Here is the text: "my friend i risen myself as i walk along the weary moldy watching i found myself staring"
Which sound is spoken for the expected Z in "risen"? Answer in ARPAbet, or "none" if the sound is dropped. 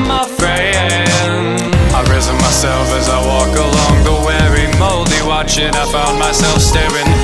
Z